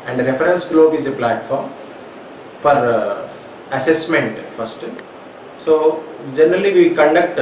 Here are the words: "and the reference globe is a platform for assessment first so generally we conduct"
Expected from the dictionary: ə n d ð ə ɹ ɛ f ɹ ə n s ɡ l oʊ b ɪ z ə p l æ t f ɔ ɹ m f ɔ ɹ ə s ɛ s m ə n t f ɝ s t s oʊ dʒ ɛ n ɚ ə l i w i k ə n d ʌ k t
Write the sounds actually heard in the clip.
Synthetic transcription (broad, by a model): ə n d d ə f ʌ ɹ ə n s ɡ l oʊ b ɪ z ə p l æ t f ɔ ɹ m f ɔ ɹ ə s ɛ s m ə n t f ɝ s t s oʊ dʒ ɛ n ɚ ə l i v i k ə n d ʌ k t